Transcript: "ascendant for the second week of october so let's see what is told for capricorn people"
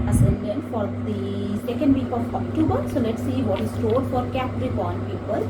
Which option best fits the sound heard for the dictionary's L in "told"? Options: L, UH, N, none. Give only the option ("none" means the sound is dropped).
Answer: none